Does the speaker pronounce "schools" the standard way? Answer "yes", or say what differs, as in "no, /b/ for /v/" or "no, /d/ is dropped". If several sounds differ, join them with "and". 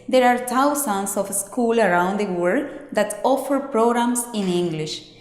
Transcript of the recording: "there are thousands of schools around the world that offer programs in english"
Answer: no, /z/ is dropped